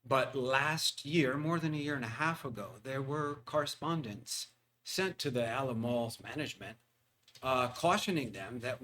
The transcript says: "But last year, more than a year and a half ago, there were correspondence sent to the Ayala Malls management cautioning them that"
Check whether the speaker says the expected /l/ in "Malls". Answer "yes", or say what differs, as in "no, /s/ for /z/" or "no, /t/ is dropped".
yes